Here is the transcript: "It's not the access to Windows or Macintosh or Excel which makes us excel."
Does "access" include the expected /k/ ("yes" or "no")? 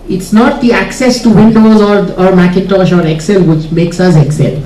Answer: yes